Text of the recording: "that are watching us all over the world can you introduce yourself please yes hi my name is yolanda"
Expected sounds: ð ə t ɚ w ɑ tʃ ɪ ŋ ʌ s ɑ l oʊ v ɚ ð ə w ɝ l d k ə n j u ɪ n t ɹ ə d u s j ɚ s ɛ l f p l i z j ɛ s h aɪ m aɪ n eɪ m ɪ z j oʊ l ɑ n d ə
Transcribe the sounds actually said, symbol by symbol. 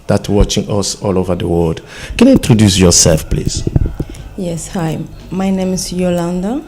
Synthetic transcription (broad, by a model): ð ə t w ɑ tʃ ɪ ŋ ʌ s ɑ l oʊ v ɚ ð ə w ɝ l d k ə n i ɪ n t ɹ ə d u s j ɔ s ɛ l f p l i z j ɛ s h aɪ m aɪ n eɪ m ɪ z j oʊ l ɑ n d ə